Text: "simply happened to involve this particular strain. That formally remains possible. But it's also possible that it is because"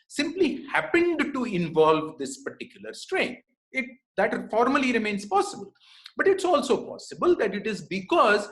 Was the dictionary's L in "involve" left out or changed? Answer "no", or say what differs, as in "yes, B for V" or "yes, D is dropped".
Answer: no